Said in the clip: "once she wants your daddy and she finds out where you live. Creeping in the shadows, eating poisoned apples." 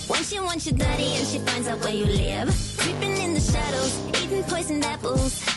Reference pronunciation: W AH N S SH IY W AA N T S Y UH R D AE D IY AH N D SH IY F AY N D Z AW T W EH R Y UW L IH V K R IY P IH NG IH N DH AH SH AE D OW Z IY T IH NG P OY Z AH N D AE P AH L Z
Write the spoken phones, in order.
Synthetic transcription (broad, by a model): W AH N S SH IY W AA N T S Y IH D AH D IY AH N SH IY F AY N D Z AW T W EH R Y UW L IH V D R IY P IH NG IH N DH AH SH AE D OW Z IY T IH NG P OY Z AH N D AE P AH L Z